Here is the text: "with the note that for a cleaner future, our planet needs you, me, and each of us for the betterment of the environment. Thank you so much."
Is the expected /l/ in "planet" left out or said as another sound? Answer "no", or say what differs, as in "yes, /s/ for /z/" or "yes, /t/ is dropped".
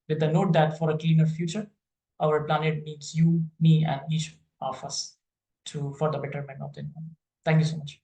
no